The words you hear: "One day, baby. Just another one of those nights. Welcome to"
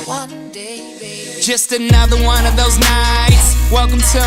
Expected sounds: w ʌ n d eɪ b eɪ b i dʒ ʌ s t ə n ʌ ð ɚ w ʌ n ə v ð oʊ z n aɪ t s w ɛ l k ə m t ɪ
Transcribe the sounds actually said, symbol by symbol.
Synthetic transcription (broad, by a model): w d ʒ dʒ ʌ s t ə n ʌ ð ɚ w ʌ n ə v ð oʊ z n aɪ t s w ɛ l k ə m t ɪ